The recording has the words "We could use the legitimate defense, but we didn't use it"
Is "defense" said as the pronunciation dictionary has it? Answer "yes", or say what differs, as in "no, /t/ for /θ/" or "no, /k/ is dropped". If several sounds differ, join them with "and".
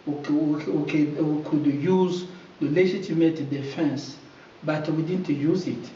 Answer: yes